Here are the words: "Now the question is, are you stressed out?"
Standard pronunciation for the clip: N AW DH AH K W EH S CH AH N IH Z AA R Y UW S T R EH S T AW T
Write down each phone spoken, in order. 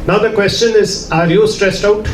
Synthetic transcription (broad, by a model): N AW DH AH K W EH S CH AH N IH Z AA R Y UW S T R EH S T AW T